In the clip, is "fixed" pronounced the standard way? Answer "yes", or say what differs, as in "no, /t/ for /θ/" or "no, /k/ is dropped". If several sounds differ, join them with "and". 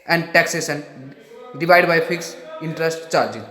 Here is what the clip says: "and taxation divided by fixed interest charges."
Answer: no, /t/ is dropped